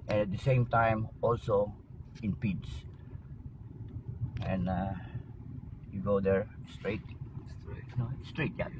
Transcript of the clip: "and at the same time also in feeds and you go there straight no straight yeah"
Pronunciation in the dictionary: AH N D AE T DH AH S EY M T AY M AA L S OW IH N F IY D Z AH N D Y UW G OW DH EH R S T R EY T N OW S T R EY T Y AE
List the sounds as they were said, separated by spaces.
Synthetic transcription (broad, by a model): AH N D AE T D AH S EY M T AY M AA L S OW IH N P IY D S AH N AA Y UW G OW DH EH R S T R EY T N OW S T R EY T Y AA